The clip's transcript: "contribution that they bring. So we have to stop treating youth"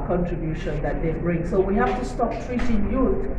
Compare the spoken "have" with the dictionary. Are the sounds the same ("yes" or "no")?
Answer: no